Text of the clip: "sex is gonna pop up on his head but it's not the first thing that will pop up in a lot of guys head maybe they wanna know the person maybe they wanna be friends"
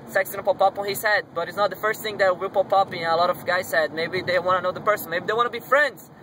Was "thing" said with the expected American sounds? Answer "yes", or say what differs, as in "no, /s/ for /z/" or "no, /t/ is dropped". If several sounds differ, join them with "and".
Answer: yes